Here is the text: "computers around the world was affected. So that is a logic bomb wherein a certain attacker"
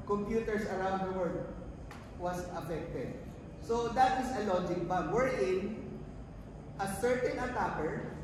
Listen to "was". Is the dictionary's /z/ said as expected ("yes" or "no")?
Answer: no